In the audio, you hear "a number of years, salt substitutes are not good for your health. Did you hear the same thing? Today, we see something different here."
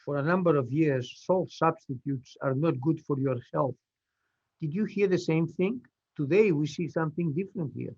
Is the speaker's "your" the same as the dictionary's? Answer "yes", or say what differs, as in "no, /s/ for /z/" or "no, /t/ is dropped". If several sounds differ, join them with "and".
yes